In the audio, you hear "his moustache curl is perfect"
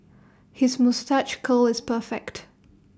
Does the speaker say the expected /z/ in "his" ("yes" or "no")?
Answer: yes